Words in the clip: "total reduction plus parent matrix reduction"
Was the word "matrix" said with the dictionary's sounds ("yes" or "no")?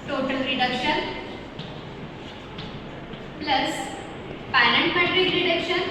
no